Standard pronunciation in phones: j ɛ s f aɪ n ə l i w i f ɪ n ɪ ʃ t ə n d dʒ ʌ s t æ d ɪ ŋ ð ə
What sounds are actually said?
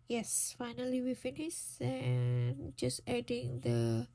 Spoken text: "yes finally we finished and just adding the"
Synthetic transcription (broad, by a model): j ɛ s f aɪ n ə l i w i f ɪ n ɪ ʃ ə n dʒ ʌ s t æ d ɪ ŋ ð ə